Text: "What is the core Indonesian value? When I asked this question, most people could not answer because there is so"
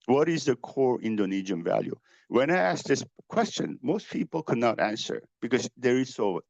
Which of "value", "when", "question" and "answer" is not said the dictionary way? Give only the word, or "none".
none